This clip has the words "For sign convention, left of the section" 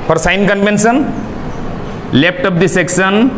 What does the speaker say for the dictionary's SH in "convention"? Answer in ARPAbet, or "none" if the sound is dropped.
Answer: S